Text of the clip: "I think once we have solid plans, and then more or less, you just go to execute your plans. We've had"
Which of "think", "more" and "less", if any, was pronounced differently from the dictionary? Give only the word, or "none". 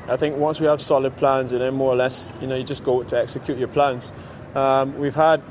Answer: none